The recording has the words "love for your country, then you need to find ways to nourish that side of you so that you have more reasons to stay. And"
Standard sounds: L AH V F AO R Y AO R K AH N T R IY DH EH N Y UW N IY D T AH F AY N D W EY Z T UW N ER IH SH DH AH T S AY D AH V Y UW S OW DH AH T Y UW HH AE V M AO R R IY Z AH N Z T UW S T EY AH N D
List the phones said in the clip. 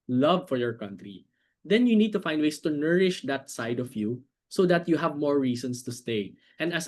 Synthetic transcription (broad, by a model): L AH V F AO R Y AO R K AH N T R IY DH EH N Y UW N IY D T AH F AY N D W EY S T UW N ER IH SH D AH T S AY D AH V Y UW S OW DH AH T Y UW HH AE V M AO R R IY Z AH N S T UW S T EY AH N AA